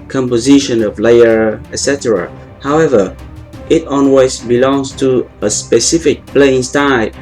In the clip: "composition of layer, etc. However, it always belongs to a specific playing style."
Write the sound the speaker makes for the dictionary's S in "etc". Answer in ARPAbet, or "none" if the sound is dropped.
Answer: S